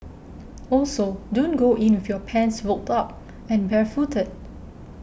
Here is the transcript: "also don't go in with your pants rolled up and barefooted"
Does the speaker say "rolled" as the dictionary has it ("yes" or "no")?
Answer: no